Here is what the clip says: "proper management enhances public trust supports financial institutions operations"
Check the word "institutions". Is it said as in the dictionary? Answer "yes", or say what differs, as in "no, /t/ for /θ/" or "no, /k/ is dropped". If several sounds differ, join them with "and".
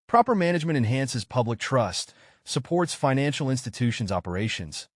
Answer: yes